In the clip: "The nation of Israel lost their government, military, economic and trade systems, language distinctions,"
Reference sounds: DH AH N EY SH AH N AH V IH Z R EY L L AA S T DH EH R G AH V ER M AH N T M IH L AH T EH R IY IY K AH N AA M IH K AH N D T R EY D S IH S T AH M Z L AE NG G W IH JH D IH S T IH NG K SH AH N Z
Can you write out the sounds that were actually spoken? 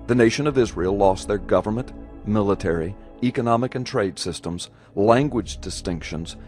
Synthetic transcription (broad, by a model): DH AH N EY SH AH N AH V IH Z R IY L L AA S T DH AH R G AH V ER M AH N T M IH L AH T EH R IY IY K AH N AA M IH K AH N T R EY D S IH S T AH M Z L AE NG G W IH JH D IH S T IH NG K SH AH N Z